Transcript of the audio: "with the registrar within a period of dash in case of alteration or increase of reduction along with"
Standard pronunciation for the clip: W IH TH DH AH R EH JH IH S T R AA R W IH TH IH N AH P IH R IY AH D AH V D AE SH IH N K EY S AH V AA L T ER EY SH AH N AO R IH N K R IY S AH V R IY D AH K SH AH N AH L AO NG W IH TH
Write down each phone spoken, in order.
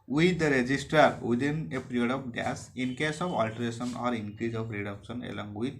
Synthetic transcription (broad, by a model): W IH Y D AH R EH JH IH S T AA R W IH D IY N AH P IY R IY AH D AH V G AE S IH N K EY S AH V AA L T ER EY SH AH N AO R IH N K R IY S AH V R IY D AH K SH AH N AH L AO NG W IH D